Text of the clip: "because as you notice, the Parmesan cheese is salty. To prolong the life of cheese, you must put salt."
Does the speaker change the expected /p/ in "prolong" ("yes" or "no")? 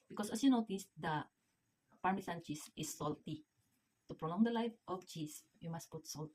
no